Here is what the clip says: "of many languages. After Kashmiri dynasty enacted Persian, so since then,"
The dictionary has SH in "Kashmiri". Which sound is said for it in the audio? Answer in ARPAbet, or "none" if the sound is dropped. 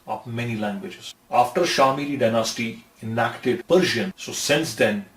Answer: none